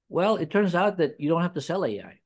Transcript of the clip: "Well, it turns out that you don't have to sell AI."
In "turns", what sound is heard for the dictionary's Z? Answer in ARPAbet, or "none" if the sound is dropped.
Z